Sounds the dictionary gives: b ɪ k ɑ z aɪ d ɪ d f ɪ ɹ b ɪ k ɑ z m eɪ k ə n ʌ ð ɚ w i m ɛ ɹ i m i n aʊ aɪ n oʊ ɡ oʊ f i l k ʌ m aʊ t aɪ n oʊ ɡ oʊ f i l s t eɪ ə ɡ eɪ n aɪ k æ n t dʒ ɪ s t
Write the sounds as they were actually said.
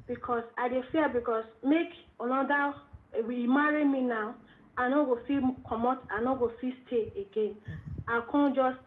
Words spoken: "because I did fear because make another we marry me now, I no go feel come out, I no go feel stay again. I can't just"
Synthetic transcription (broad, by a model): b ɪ k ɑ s aɪ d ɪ f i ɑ b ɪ k ɑ s m eɪ k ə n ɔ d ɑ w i m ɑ ɹ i m i n aʊ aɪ n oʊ ɡ oʊ f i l k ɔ m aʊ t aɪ n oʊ ɡ oʊ f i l s t eɪ ə ɡ eɪ n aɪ k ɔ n dʒ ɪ s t